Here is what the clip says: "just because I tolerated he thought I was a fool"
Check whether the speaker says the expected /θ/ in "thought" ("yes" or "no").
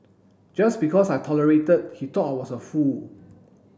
no